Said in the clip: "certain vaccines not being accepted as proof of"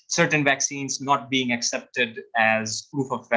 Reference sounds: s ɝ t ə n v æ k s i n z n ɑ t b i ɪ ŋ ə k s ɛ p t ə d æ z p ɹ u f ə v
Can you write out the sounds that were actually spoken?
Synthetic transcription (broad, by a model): s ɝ t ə n v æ k s i n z n ɑ t b i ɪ ŋ ə k s ɛ p t ə d æ z p ɹ u f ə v